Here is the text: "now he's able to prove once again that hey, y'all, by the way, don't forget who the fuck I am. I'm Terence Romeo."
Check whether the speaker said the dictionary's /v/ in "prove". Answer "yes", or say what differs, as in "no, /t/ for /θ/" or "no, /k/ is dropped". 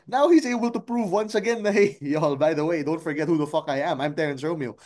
yes